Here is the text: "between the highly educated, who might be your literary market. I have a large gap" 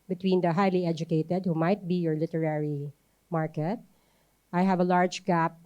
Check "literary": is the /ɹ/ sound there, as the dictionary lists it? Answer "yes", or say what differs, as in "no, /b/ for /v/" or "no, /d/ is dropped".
yes